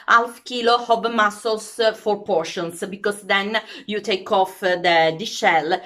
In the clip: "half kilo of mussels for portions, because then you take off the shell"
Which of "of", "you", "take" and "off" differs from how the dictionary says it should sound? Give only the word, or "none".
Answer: of